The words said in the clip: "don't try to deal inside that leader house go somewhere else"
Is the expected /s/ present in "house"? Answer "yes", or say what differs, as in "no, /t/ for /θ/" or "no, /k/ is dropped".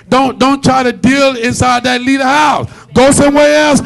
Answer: yes